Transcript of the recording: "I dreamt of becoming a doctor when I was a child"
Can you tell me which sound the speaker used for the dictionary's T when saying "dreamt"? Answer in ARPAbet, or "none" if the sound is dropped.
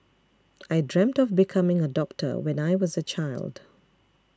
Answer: T